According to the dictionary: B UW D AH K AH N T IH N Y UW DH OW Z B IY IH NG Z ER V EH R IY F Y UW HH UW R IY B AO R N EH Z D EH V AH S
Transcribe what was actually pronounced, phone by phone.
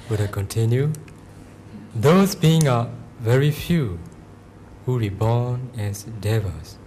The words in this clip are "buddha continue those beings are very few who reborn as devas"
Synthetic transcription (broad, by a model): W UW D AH K AH N T IH N Y UW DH OW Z B IY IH NG ER V EH R IY F Y UW HH UW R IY B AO N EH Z D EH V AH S